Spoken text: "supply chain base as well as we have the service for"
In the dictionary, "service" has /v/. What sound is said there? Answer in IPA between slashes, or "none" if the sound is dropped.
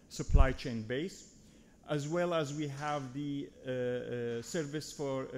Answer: /v/